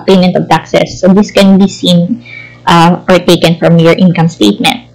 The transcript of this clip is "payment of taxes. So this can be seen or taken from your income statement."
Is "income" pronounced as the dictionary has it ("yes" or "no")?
yes